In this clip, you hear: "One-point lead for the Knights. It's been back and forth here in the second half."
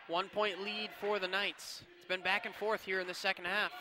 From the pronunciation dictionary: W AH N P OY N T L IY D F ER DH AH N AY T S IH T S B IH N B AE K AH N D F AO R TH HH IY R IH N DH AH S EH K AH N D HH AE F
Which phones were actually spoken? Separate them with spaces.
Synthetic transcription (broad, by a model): W AH N P OY N T L IY D F ER DH AH N AY T S IH T S B IH N B AE K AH N F AO R TH HH IY R IH N DH AH S EH K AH N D HH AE F